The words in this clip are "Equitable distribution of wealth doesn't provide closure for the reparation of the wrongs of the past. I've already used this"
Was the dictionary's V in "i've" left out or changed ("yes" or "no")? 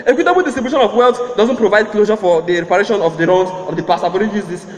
yes